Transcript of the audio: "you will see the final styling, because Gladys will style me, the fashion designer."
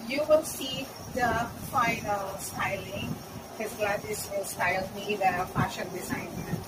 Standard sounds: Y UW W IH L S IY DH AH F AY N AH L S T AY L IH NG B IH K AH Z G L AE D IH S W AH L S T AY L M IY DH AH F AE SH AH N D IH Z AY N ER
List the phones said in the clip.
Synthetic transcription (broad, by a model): Y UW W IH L S IY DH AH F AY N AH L S T AY L IH NG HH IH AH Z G L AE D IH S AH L S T AY L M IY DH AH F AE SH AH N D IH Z AY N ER